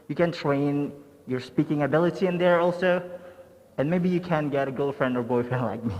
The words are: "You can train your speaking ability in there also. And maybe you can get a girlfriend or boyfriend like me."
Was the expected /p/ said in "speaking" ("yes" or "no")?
yes